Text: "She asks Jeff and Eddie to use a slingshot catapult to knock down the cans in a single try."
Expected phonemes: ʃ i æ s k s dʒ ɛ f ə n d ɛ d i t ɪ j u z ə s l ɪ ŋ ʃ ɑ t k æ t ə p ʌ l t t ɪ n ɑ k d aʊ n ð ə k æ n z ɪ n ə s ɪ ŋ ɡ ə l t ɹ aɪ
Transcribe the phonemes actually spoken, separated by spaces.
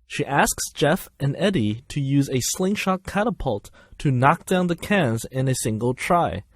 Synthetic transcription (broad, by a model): ʃ i æ s k s dʒ ɛ f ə n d ɛ d i t ɪ j u z ə s l ɪ ŋ ʃ ɑ k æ t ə p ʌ l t t ɪ n ɑ k d aʊ n ð ə k æ n z ɪ n ə s ɪ ŋ ɡ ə l t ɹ aɪ